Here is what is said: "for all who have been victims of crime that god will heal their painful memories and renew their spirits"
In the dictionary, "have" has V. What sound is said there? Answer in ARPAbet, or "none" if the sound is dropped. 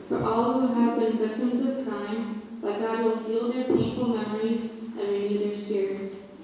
V